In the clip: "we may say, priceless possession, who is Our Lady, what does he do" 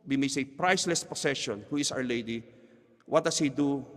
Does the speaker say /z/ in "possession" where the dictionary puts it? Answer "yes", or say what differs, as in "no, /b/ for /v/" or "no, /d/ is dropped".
no, /s/ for /z/